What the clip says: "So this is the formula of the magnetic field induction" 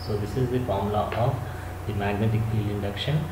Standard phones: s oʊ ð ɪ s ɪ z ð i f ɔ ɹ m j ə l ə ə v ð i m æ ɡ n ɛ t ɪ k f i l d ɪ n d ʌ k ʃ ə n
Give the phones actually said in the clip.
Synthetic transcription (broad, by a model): s oʊ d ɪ s ɪ z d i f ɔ ɹ m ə l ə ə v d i m æ ɡ n ɛ t ɪ k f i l ɪ n d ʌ k ʃ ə n